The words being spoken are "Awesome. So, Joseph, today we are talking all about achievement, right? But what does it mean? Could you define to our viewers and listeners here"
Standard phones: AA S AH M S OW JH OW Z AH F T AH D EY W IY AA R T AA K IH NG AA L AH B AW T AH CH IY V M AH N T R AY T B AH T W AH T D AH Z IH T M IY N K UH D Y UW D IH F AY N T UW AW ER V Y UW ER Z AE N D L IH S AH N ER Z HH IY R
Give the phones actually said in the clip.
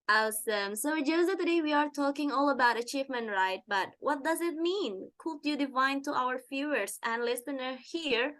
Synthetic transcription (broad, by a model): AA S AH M S OW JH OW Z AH T AH D EY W IY AA R T AA K IH NG AA L AH B AW T AH CH IY V M AH N T R AY T B AH T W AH T D AH Z IH T M IY N K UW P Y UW D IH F AY N T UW AW ER F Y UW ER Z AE N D L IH S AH N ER HH IY R